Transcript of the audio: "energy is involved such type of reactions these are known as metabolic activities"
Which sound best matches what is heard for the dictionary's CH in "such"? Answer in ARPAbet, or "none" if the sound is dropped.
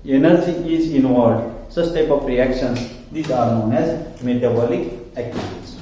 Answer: S